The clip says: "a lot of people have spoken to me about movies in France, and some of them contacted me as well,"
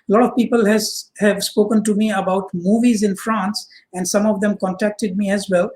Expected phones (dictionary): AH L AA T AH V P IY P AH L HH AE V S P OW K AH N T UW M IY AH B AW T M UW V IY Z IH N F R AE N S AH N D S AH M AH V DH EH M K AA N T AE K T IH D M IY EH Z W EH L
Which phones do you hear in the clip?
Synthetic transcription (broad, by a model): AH L AA T AH V P IY P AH L HH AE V S P OW K AH N T UW M IY AH B AW T M UW V IY Z IH N F R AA N S AH N D S AH M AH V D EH M K AA N T AE K T IH D M IY EH Z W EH L